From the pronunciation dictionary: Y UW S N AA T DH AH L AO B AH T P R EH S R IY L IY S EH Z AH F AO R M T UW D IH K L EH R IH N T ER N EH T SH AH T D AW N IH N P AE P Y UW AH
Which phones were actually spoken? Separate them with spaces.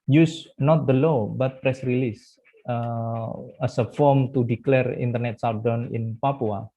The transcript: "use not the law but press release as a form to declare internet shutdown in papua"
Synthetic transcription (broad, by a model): Y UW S N AA T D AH L AO B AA T P R EH S R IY L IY S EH S AH F AO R M T UW D IH K L EH R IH N T ER N EH T S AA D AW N IH N P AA P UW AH